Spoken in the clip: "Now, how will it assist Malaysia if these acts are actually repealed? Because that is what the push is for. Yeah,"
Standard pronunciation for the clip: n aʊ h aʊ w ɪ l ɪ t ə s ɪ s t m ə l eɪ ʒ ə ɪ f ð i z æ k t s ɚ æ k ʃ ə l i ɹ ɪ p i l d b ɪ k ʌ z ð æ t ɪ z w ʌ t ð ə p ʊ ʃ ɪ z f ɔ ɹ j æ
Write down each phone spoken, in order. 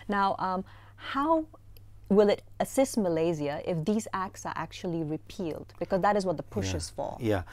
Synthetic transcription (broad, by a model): n aʊ h aʊ w ɪ l ɪ t ə s ɪ s t m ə l eɪ z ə ɪ f ð i z æ k t s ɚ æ k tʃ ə l i ɹ ɪ p i l d b ɪ k ʌ z ð æ t ɪ z w ʌ t ð ə p ʊ ʃ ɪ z f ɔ l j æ